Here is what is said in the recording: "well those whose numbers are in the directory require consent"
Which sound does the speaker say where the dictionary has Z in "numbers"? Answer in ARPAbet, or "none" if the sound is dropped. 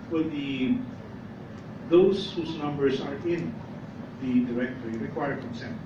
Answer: S